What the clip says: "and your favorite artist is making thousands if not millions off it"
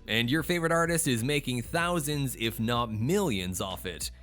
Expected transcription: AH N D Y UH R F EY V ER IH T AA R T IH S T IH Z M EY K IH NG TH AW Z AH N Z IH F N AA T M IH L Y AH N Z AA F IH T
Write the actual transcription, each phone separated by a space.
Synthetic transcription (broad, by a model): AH N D Y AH R F EY V ER IH T AA R T IH S T IH Z M EY K IH NG TH AW Z AH N Z IH F N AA T M IH L Y AH N Z AA F IH T